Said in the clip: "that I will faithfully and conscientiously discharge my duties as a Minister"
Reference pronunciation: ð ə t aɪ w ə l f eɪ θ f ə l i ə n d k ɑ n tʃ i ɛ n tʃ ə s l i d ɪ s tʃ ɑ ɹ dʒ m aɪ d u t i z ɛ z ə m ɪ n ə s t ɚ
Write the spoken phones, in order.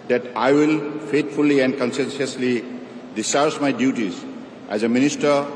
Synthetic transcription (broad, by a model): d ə t aɪ w ə l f eɪ t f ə l i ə n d k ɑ n s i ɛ n s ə s l i d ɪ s ɑ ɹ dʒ m aɪ d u t i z ɛ z ə m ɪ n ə s t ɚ